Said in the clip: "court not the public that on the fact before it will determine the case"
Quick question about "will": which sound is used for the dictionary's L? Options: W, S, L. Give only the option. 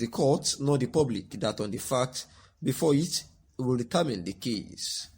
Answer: L